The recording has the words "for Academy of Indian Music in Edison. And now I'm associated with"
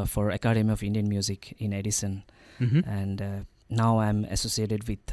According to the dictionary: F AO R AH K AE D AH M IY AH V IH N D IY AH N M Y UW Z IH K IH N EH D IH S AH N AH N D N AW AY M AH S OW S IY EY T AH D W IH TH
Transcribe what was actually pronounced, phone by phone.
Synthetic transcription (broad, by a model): F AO R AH K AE D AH M IY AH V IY N D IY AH N M Y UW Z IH K IH N EH D IH S AH N AH N D N AW AY M AH S OW S IY EY T AH D W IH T